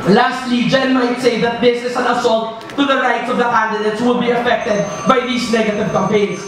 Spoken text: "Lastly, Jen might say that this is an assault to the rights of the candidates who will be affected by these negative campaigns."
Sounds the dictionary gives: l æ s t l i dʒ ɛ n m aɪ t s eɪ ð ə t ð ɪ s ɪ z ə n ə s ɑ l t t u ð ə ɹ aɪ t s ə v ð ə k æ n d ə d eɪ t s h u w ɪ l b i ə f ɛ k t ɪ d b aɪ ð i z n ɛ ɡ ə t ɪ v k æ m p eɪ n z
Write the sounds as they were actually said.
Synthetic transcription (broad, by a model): l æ s t l i dʒ ɛ n m aɪ t s eɪ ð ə t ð ɪ s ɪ s ə n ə s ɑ l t t u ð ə ɹ aɪ t s ə v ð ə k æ n d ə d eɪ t s w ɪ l b i ə f ɛ k t ɪ d b aɪ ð i s n ɛ ɡ ə t ɪ v k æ m p eɪ n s